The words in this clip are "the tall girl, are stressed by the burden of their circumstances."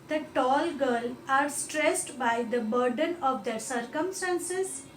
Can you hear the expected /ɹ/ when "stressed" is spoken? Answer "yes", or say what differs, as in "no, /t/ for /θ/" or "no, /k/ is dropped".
yes